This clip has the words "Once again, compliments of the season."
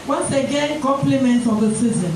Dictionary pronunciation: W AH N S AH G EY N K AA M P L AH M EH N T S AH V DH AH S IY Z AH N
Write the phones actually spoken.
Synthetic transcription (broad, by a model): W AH N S AH G EY N K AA M P L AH M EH N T AH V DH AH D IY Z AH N